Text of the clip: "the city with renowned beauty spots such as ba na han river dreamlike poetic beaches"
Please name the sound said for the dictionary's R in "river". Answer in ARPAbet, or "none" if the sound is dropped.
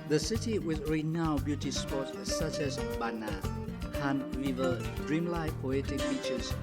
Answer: W